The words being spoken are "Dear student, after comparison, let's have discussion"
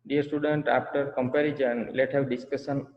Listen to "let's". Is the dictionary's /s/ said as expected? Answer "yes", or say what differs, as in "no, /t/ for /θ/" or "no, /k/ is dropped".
no, /s/ is dropped